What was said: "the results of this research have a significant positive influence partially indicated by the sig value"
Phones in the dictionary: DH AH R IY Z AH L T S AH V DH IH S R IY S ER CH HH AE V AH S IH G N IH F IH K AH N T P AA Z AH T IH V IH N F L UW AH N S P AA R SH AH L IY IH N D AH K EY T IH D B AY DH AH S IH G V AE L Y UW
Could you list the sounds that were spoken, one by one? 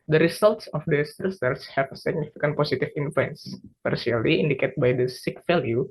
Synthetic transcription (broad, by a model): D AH R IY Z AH L T S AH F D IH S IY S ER S HH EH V AH S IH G N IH F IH K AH N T P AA S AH T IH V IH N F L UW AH N S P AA R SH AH L IY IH N D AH K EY T B AY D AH S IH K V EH L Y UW